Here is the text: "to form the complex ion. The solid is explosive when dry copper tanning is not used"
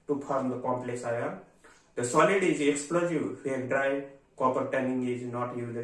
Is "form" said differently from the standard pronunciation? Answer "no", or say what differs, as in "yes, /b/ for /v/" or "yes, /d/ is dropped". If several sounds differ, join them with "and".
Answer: yes, /p/ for /f/